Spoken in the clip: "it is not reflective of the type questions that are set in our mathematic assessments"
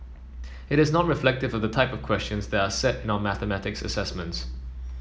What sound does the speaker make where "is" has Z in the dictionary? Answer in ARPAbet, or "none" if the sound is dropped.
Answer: Z